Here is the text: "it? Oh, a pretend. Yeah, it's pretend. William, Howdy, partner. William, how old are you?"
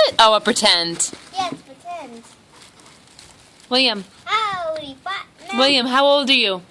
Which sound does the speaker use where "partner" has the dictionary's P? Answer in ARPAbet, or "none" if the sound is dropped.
F